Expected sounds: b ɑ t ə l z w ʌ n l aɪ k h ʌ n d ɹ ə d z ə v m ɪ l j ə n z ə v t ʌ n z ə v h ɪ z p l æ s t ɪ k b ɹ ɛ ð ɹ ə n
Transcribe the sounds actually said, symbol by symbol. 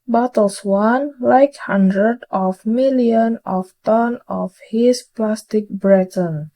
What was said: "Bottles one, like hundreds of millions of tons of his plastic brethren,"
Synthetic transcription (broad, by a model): b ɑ t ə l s w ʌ n l aɪ k h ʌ n d ɹ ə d ə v m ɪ l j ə n ə f t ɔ n ə f h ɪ s p l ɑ s t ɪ k b ɹ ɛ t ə n